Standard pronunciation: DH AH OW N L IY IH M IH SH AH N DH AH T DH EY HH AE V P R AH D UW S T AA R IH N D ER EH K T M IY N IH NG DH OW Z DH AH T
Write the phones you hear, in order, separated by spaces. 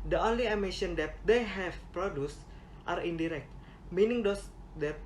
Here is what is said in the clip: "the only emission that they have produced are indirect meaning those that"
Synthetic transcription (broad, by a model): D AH OW N L IY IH M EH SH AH N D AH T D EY HH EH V P R AH D UW S T AA R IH N D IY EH K T M IY N IH NG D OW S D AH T